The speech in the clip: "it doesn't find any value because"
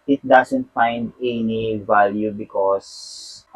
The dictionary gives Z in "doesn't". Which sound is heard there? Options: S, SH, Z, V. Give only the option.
S